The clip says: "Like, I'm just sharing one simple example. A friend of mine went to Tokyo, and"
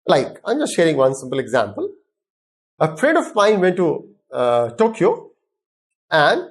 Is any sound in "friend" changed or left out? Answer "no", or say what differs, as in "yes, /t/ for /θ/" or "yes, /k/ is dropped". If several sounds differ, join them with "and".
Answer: yes, /n/ is dropped